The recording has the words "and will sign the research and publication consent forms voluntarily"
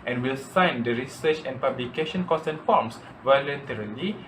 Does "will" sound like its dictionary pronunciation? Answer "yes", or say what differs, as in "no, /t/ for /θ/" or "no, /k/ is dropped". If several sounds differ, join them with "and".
yes